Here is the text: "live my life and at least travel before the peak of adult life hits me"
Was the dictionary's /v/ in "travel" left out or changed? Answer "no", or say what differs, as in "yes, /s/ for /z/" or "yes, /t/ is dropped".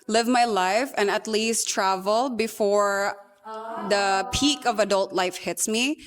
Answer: no